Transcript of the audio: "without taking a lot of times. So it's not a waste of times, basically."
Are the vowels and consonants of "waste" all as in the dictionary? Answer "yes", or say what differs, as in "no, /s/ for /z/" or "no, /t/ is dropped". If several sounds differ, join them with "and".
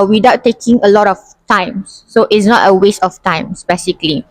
yes